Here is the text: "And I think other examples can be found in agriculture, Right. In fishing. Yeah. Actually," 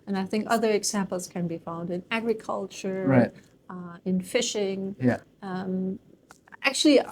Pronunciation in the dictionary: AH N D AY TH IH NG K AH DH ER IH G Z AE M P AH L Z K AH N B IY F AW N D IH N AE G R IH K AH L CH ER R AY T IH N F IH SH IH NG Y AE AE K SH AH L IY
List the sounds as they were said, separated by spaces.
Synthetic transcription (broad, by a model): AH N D AY TH IH NG K AH DH ER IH G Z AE M P L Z K AH N B IY F AW N D IH N AE G R IH K AH L CH ER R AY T IH N F IH SH IH NG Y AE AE K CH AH L IY